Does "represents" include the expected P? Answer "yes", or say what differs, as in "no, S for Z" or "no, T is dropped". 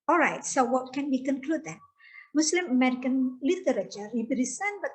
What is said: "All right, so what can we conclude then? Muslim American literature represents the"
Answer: no, B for P